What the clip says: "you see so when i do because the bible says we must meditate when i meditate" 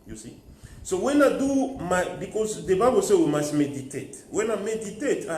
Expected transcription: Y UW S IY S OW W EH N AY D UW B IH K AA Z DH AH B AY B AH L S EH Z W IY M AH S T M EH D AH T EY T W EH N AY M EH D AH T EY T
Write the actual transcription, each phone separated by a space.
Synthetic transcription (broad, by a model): Y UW S IY S OW W EH N AY D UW B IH K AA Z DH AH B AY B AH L S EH W IY M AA S T M EH D AH T EY T W EH N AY M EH D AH T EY T